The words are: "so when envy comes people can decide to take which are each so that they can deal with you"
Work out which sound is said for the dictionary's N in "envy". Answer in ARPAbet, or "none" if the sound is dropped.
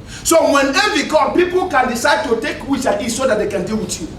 none